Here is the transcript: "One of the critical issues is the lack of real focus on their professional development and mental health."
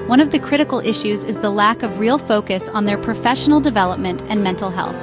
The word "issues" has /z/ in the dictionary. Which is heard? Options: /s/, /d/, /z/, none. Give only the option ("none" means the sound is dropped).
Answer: /z/